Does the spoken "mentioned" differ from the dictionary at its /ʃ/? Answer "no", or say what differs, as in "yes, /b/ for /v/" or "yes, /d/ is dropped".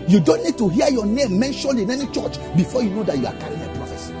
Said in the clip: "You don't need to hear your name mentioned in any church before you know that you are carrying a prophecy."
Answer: no